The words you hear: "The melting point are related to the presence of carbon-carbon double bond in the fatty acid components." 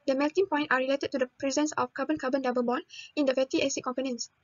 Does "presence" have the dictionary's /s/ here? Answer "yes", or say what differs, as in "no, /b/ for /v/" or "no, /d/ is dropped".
yes